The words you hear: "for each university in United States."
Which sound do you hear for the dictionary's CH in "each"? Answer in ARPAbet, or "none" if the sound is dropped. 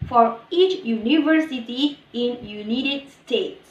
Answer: CH